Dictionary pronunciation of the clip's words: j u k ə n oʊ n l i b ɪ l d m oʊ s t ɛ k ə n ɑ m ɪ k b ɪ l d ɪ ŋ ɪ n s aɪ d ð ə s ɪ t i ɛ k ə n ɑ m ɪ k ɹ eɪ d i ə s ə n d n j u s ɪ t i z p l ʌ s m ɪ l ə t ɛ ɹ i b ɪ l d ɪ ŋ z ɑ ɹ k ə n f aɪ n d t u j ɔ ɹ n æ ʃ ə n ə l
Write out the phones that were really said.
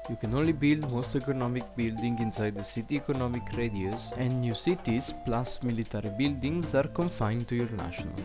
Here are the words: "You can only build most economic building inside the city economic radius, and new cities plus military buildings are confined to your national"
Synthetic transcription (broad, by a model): j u k ə n oʊ n l i b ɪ l d m oʊ s t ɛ k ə n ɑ m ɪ k b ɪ l d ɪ ŋ ɪ n s aɪ d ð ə s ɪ t i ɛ k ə n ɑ m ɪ k ɹ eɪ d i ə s ə n d n j u s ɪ t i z p l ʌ s m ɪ l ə t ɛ ɹ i b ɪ l d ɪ ŋ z ɑ ɹ k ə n f aɪ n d t u j ɔ ɹ n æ ʃ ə n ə l